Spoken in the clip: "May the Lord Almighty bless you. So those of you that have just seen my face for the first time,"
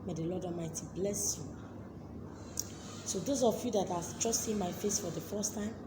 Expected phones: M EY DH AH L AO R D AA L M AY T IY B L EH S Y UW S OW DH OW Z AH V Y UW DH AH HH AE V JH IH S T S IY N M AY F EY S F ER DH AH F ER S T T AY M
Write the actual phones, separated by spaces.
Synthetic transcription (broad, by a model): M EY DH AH L AO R D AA M AY T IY B L EH S Y UW S OW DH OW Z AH F Y UW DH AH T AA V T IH S T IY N M AY F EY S F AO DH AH F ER S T T AY M